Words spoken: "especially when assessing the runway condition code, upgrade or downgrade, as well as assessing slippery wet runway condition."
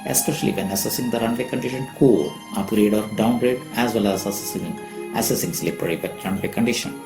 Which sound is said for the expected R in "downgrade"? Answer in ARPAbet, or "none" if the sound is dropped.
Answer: R